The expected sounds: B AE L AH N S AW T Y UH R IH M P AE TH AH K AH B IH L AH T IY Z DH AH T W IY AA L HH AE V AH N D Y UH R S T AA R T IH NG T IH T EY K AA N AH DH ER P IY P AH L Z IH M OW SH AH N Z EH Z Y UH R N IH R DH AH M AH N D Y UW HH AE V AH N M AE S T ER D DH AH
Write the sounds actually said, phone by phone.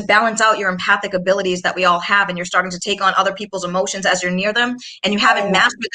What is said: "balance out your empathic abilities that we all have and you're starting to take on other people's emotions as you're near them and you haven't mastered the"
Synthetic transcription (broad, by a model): B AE L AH N S AW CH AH R IH M P AE TH AH K AH B IH L AH T IY Z DH AH T W IY AA L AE V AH N Y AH R S T AA R T IH NG T IH T EY K N AH DH ER P IY P L Z IH M OW SH AH N Z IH Z Y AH R N IH R DH AH M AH N Y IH HH AE V AH N M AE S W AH